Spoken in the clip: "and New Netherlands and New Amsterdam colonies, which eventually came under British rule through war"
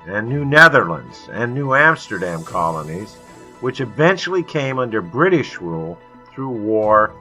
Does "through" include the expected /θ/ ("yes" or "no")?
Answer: yes